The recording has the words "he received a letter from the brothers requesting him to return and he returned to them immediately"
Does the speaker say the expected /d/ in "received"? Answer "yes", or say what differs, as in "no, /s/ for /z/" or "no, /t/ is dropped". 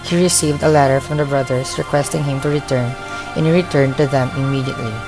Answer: yes